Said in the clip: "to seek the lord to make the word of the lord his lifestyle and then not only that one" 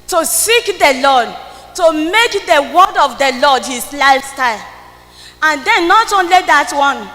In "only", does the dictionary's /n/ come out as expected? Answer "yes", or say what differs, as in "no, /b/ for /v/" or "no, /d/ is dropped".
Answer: yes